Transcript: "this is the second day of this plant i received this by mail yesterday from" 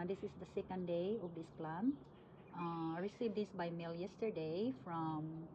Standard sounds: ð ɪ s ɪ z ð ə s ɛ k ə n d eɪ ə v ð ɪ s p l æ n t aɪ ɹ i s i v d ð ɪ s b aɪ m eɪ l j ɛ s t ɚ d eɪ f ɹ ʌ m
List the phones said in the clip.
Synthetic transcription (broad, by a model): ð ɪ s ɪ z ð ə s ɛ k ə n d eɪ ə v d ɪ s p l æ n aɪ ɹ i s i v d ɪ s b aɪ m eɪ l j ɛ s t ɚ d eɪ f ɹ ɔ m